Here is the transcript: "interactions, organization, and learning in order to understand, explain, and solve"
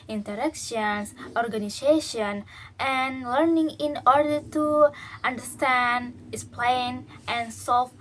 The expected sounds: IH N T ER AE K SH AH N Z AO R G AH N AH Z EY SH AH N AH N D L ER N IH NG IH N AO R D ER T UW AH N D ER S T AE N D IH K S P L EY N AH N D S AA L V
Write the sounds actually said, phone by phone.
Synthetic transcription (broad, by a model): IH N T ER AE K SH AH N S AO R G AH N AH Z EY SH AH N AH N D L ER N IH NG IH N AO R D ER T UW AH N D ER S T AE N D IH S P L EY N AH N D S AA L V